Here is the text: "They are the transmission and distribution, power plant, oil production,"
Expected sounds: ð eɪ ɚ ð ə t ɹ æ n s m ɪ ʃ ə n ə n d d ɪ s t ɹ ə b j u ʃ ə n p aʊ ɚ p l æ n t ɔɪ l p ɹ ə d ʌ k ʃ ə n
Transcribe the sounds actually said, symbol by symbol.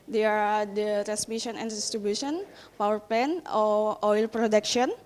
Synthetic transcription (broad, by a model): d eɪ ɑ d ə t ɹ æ s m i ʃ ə n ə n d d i s t ɹ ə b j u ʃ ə n p aʊ ɚ p ɛ n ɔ ɔɪ l p ɹ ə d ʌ k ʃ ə n